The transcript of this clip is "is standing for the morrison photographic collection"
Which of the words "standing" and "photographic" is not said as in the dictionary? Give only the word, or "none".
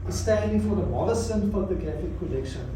photographic